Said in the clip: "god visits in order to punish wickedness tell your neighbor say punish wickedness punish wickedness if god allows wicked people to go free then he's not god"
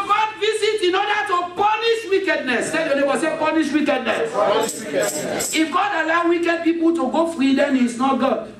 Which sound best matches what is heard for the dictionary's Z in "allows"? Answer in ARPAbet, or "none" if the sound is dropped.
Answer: none